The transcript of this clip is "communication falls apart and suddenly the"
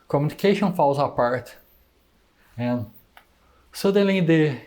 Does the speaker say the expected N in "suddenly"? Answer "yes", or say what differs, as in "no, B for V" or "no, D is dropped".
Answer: no, N is dropped